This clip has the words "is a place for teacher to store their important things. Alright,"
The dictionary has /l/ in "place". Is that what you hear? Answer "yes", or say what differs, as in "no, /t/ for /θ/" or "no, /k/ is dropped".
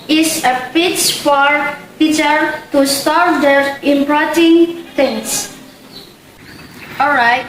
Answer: no, /l/ is dropped